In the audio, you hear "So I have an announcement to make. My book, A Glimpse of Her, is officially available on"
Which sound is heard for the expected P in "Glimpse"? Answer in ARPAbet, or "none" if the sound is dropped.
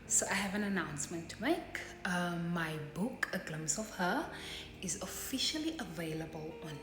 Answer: none